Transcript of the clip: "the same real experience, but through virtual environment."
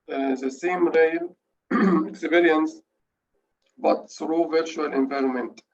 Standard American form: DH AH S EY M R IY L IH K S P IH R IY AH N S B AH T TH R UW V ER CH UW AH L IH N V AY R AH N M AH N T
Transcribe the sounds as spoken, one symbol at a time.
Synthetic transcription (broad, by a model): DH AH S EY M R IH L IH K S B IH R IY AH N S B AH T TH R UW V ER CH UW AH L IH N V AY R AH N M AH N T